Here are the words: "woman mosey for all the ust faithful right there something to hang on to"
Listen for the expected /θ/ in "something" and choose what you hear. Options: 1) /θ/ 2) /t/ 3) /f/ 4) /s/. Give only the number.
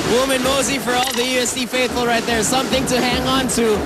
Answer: 1